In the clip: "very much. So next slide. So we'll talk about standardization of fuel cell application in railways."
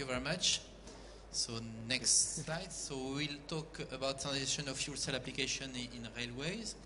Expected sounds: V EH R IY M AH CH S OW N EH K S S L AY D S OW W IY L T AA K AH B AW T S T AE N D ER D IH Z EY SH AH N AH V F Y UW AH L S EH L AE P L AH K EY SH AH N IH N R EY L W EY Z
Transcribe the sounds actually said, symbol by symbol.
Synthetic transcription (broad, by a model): V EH R IY M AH CH S OW N EH K S S L AY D S OW W IY L T AA K AH B AW T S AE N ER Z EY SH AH N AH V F Y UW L S EH L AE P L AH K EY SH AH N IH N R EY L W EY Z